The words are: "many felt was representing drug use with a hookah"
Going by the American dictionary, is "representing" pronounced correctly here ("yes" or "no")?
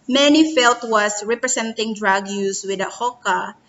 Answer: no